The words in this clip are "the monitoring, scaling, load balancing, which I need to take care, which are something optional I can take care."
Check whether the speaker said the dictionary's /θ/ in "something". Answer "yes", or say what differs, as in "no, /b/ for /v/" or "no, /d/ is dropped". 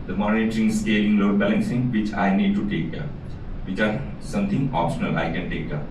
no, /t/ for /θ/